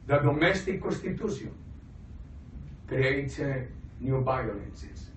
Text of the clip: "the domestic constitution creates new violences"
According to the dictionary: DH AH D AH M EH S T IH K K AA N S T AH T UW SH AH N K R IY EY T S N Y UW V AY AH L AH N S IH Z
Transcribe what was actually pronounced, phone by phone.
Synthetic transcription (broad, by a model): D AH D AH M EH S T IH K K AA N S T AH T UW S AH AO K R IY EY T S N Y UW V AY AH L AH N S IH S